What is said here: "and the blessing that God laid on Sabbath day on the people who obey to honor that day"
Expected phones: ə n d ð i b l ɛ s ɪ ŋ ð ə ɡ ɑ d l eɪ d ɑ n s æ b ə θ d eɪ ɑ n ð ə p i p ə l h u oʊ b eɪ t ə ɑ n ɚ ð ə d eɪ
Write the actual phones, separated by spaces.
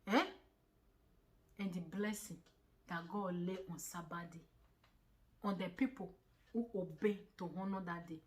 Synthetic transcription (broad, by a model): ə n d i b l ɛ s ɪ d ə ɡ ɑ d l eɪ ɑ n s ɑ b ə d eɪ ɑ n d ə p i p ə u oʊ b eɪ t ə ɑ n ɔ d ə d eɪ